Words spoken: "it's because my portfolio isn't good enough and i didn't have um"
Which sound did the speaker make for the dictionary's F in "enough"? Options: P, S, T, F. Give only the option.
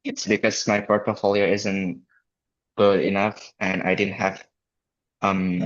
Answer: F